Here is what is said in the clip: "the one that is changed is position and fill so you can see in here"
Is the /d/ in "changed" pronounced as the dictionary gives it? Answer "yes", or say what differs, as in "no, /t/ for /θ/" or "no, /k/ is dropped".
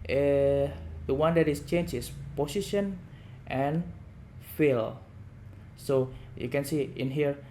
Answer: no, /d/ is dropped